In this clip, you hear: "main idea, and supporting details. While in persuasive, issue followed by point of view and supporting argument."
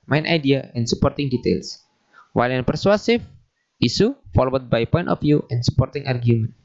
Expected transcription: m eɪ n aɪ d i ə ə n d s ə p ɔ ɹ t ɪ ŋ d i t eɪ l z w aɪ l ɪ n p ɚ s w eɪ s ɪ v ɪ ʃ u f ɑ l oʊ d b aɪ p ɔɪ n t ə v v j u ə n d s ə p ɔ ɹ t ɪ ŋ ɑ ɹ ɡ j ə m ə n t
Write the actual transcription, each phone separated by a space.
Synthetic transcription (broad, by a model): m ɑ n aɪ d i ə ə n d s ə p ɔ ɹ t ɪ ŋ d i t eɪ l s w aɪ l ɪ n p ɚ s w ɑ s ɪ f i s u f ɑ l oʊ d b aɪ p ɔɪ n t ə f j u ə n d s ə p ɔ ɹ t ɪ ŋ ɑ ɹ ɡ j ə m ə n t